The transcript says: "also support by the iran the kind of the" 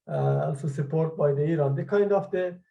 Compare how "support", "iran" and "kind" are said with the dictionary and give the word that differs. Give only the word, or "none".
none